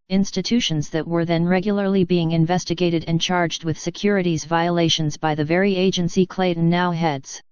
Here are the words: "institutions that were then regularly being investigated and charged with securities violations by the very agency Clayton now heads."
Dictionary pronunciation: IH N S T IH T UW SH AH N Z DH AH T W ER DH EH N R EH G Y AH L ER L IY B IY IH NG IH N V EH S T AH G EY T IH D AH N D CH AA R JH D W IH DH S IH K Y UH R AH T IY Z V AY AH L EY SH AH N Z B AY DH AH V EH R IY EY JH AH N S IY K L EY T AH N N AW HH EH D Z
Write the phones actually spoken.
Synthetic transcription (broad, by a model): IH N S T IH T UW SH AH N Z DH AH T W ER DH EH N R EH G Y L ER L IY B IY IH NG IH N V EH S T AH G EY T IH D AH N CH AA R JH D W IH DH S IH K Y UH R AH T IY Z V AY AH L EY SH AH N Z B AY DH AH V EH R IY EY JH AH N S IY K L EY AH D N AW HH EH D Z